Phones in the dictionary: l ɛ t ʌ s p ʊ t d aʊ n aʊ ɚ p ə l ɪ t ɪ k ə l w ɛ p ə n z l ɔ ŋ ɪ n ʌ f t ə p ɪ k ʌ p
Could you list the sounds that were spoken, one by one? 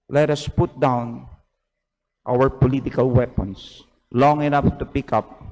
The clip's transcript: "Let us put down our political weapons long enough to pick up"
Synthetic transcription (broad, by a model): l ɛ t ʌ s p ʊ t d aʊ n aʊ ɚ p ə l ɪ t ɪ k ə l w ɛ p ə n s l ɔ ŋ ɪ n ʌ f t ə p ɪ k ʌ p